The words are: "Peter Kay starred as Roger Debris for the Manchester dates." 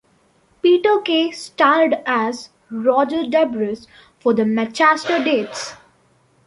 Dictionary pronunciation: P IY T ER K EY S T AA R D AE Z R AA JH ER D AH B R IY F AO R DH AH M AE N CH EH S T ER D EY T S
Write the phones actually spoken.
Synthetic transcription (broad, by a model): P IY T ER K EY S T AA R D AE Z R AA JH ER D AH B R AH F AO R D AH M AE CH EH S T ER D EY T S